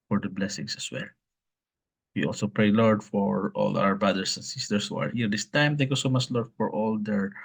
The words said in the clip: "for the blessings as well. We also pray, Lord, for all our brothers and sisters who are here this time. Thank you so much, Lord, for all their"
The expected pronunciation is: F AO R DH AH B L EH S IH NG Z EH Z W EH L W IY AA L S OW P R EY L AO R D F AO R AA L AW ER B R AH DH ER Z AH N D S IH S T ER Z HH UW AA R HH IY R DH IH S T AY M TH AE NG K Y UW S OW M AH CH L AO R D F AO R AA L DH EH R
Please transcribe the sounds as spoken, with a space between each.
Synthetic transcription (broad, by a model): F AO R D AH B L EH S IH NG S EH S W EH L W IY AA L S OW P R EY L AO R D F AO R AA L AW ER B R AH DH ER S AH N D S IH S T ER S HH UW AA R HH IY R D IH S T AY M T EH K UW S OW M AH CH L AO R D F AO R AA L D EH R